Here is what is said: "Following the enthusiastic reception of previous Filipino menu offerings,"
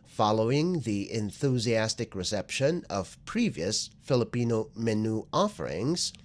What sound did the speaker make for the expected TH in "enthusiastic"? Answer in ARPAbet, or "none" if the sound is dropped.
TH